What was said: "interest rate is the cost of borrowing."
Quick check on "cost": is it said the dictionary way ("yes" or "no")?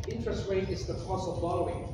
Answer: no